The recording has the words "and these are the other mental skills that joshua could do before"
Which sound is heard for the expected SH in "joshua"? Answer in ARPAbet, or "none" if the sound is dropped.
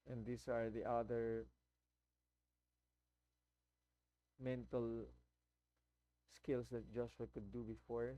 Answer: S